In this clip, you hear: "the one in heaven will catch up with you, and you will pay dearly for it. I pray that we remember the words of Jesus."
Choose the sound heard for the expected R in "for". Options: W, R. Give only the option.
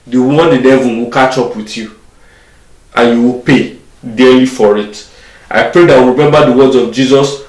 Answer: R